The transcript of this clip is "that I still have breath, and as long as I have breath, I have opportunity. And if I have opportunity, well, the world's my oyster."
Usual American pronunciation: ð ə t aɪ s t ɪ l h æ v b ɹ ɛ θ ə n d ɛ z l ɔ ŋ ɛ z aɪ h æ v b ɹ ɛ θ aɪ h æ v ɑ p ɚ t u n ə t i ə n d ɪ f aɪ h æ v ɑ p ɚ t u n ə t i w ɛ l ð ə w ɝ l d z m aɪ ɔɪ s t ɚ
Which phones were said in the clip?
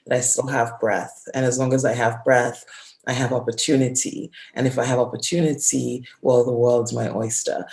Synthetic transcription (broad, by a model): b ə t aɪ s t ɪ l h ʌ v b ɹ ɛ θ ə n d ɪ z l ɔ ŋ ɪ z aɪ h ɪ v b ɹ ɛ θ aɪ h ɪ v ɑ p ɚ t u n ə t i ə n ɪ f aɪ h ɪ v ɑ p ɚ t u n ə t i w ɛ l ð ə w ɝ l d z m aɪ ɔɪ s t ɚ